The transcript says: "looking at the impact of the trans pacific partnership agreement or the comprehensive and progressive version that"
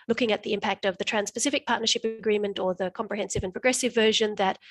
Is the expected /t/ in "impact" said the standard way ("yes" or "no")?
yes